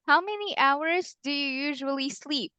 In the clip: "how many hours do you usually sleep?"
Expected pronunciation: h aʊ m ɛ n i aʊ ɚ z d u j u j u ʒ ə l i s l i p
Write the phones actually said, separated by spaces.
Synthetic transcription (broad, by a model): h aʊ m ɛ n i aʊ ɚ z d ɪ j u j u ʒ ə l i s l i p